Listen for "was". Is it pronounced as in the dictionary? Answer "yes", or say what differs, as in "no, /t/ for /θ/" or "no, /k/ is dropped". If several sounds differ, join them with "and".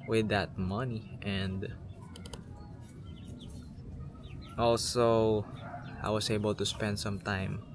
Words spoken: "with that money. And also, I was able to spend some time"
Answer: no, /s/ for /z/